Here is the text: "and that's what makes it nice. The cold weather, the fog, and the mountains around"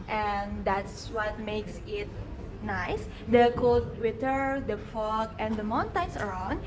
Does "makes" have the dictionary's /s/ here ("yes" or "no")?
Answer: yes